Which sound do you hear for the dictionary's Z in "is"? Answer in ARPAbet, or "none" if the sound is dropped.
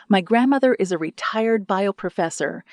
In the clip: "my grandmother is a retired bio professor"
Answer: Z